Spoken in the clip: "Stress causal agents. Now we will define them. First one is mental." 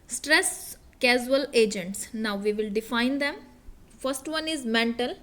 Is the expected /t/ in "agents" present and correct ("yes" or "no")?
yes